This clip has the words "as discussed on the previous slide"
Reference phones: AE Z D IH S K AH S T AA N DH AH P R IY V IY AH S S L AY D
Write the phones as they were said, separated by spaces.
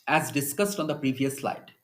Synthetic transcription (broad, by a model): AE Z D IH S K AH S T AA N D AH P R IY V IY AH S S L AY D